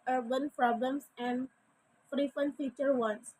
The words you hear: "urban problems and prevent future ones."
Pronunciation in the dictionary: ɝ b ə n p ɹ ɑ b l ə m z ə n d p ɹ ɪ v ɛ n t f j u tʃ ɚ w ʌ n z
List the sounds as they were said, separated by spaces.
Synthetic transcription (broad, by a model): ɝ b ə n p ɹ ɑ b l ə m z ə n d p ɹ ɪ f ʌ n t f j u tʃ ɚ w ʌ n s